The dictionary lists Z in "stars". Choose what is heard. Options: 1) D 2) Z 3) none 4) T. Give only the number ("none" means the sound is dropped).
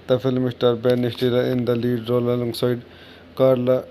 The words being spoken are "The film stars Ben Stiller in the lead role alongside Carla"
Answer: 3